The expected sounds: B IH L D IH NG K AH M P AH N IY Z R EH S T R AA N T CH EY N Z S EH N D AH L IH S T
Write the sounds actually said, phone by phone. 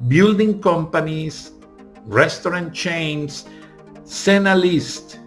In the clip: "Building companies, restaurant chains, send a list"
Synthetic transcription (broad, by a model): B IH L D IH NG K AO M P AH N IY S R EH S T R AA N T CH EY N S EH N AH L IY S T